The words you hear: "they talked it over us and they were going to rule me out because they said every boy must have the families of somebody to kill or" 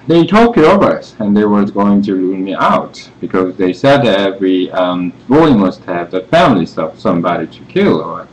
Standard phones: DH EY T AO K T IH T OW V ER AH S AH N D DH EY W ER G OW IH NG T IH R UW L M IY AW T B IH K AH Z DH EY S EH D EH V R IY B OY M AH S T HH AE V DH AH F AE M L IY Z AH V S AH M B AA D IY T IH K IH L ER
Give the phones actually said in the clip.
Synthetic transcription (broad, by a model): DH EY T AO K IH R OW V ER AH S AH N DH EY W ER G OW IH NG T IH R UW N M IY AW T B IH K AH Z DH EY S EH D EH V R IY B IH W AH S T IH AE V DH AH F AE M L IY S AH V S AH M B AA D IY T IH K IH L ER